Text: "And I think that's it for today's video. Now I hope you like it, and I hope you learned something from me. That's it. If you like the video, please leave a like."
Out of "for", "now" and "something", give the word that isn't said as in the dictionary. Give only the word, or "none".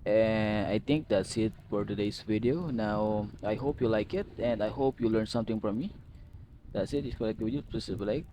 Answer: something